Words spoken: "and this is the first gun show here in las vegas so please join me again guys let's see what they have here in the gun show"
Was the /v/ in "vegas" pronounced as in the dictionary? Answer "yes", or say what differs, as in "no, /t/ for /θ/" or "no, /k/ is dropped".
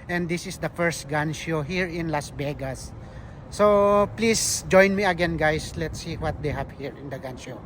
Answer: no, /b/ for /v/